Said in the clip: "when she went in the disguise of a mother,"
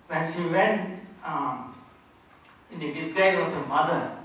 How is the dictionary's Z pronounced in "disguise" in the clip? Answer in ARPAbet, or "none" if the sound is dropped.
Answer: none